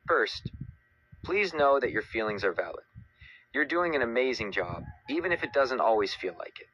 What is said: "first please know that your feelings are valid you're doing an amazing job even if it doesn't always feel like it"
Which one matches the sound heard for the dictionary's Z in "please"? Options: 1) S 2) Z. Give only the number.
2